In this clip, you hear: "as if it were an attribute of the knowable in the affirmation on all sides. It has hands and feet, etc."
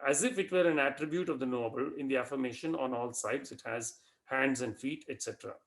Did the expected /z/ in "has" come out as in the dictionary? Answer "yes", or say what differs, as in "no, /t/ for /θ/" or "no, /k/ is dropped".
yes